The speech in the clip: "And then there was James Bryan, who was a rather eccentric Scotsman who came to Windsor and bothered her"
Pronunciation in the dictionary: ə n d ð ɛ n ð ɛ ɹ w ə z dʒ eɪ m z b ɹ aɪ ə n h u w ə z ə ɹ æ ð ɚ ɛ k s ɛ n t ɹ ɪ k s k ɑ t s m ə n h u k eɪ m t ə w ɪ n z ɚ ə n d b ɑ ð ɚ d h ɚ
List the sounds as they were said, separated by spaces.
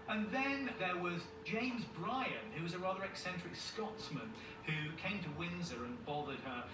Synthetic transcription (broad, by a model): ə n ð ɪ n ð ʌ ɹ w ə z dʒ eɪ m z b ɹ aɪ ə n h u w ə z ə ɹ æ ð ɚ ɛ k s ɛ n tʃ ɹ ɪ k s k ɑ t s m ə n h u k eɪ m t ə w ɪ n z ɚ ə n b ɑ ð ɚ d ɚ